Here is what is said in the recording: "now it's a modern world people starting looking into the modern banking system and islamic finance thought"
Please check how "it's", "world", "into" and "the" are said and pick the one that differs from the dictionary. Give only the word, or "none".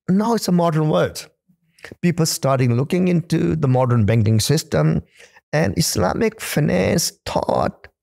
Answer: world